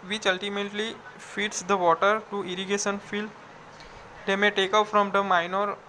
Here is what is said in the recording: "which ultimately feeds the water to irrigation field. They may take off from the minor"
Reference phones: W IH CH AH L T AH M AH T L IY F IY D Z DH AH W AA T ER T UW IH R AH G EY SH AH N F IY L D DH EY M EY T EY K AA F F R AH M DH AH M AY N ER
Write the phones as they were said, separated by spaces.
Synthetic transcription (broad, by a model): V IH CH AH L T AH M AH T L IY F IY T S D AH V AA T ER T UW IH R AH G EY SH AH N F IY L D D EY M EY T EY K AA P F R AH M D AH M AY N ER